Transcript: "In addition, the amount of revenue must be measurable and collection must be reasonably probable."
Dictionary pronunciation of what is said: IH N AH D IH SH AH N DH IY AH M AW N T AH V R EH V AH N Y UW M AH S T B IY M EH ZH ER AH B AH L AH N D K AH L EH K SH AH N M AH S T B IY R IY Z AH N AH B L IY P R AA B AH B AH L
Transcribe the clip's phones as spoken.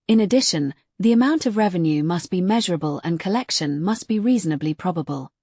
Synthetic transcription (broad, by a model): IH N AH D IH SH AH N DH IY AH M AW N T AH V R EH V AH N Y UW M AH S B IY M EH ZH ER AH B AH L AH N K AH L EH K SH AH N M AH S B IY R IY Z AH N AH B L IY P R AA B AH B AH L